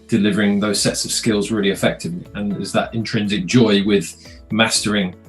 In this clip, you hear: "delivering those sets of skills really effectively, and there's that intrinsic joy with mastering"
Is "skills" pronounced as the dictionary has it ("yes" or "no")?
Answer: yes